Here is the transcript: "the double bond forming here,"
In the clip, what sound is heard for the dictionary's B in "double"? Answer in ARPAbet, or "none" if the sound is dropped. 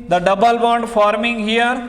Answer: B